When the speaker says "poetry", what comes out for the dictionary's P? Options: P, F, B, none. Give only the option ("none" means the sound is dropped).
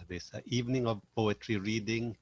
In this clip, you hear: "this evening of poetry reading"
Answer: P